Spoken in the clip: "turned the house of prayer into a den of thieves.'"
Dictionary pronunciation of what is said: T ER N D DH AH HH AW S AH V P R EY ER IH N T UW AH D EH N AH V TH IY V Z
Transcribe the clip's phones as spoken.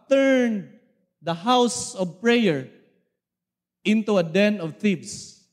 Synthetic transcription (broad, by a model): T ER N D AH HH AW S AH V P R EY ER IH N T UW AH D EH N AH V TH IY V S